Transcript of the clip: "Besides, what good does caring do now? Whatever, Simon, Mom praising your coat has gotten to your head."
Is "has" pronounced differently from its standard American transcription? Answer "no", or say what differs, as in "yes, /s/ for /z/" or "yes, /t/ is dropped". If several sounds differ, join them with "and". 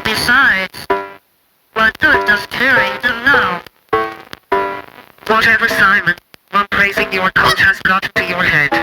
yes, /s/ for /z/